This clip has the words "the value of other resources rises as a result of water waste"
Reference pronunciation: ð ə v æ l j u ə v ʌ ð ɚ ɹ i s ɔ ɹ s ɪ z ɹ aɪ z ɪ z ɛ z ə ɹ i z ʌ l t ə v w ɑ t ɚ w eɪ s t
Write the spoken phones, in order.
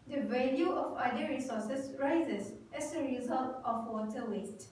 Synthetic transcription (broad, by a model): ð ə v æ l j u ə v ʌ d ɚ ɹ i s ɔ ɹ s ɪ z ɹ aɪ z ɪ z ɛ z ə ɹ i z ʌ l t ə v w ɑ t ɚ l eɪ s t